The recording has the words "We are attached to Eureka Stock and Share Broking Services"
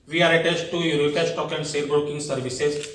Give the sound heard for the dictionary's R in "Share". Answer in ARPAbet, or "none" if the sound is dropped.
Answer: L